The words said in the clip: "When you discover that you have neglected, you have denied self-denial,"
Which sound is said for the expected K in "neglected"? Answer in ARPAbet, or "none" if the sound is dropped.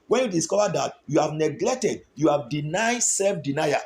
K